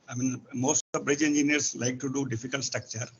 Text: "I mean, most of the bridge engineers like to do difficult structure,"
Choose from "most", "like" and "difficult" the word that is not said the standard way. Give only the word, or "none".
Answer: none